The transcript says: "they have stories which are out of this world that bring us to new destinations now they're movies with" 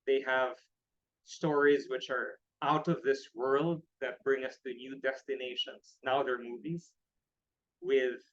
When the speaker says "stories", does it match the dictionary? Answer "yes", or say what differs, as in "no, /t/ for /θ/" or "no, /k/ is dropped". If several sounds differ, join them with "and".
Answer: yes